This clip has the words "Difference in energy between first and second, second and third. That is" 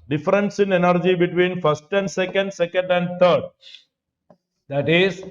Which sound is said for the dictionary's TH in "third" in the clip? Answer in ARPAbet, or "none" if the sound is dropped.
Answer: T